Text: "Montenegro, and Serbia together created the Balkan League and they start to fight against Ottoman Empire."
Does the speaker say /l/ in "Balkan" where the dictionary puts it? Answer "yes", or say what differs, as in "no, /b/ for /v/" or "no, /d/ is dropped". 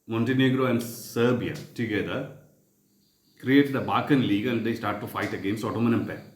no, /l/ is dropped